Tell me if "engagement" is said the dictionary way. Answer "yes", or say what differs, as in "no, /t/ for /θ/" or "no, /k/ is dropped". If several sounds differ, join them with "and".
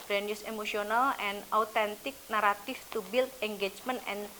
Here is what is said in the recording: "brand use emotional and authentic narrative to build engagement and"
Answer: no, /t/ is dropped